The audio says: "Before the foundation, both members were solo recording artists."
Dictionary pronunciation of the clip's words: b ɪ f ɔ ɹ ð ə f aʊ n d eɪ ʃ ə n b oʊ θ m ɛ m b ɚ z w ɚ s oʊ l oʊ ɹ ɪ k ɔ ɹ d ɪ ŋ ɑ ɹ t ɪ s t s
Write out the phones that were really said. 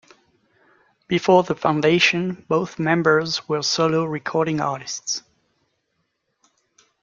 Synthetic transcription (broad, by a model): b ɪ f ɔ ɹ ð ə f aʊ n d eɪ ʃ ə n b oʊ θ m ɛ m b ɚ z w ɚ s oʊ l oʊ ɹ ɪ k ɔ ɹ d ɪ ŋ ɑ ɹ t ɪ s t s